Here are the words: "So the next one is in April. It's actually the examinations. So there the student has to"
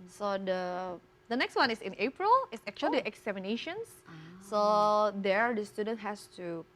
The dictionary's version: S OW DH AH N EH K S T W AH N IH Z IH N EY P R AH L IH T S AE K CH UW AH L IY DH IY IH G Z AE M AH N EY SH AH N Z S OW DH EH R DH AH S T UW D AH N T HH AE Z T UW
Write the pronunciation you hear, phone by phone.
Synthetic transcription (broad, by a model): S OW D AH N EH K S T W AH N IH S IH N EY P R AH L IH T S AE K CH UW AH L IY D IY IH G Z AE M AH N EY SH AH N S S OW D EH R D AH S T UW D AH N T HH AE S T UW